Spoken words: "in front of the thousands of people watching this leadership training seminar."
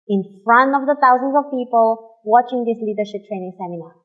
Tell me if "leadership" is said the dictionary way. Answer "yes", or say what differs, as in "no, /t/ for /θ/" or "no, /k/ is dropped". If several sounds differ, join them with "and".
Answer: yes